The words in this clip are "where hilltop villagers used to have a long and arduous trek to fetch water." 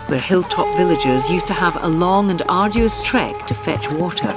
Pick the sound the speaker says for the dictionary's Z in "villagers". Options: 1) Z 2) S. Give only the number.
1